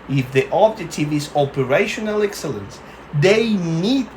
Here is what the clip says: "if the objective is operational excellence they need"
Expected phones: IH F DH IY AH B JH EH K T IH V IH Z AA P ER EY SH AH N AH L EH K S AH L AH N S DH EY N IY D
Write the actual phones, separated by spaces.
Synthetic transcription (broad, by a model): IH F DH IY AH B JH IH T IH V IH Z AA P ER EY SH AH N AH L EH K S AH L AH N S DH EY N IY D